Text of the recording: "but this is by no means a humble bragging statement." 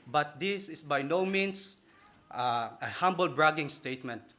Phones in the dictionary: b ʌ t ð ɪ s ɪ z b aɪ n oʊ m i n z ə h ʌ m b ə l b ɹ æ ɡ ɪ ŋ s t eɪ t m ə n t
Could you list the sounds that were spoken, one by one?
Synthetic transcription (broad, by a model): b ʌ t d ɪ s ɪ s b aɪ n oʊ m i n s ə h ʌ m b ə l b ɹ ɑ ɡ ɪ ŋ s t eɪ t m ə n t